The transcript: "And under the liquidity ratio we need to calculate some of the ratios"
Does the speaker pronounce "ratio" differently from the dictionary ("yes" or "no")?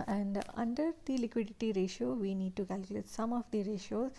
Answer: no